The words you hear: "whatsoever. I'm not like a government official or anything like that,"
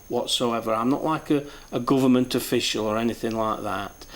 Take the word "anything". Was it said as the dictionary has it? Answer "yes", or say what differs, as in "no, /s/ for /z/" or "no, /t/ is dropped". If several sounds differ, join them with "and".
yes